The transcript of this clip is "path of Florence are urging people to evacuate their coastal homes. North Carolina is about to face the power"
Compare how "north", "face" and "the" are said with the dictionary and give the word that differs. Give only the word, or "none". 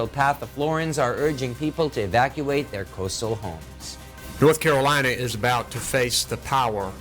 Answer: none